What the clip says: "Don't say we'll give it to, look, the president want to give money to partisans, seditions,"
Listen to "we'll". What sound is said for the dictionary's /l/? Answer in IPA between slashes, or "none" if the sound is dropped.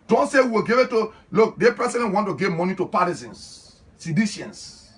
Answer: /w/